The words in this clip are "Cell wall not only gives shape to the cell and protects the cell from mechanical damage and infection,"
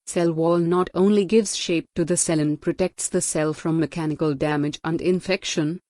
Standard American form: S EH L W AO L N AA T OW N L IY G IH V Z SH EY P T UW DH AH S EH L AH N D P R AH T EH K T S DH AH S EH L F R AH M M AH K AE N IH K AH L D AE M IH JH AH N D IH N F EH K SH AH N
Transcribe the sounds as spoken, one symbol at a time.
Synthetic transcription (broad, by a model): S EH L W AO L N AA T OW N L IY G IH V Z SH EY P T UW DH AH S EH L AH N P R AH T EH K T S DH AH S EH L F R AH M M AH K AE N IH K AH L D AE M IH JH AH N D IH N F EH K SH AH N